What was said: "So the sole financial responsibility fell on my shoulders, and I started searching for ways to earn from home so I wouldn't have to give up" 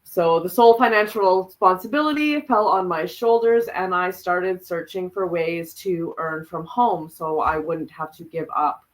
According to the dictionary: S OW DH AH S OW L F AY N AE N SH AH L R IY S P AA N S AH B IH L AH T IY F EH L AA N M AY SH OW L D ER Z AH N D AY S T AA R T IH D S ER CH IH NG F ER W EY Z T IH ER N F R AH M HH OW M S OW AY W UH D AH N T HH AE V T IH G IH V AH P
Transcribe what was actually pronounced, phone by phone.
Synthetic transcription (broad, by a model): S OW DH AH S OW L F AY N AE N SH L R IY S P AA N S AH B IH L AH T IY F EH L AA N M AY SH OW L D ER Z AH N AY S T AA R T IH D S ER CH IH NG F ER W EY Z T IH ER N F R AH M HH OW M S OW AY W UH D N T HH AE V T IH G IH V AH P